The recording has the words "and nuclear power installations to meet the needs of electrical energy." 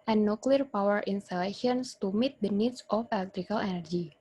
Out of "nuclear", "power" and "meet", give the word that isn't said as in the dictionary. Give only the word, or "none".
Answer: none